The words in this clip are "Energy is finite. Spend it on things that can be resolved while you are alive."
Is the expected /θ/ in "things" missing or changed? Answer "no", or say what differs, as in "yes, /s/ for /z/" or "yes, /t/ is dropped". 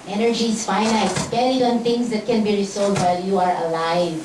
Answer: yes, /t/ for /θ/